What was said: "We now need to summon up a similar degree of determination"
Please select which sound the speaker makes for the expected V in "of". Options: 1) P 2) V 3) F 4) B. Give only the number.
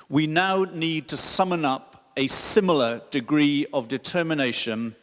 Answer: 2